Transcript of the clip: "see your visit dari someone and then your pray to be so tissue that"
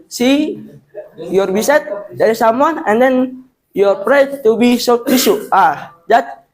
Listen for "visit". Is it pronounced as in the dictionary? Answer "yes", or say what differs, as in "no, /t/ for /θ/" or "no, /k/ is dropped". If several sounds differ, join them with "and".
no, /b/ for /v/ and /s/ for /z/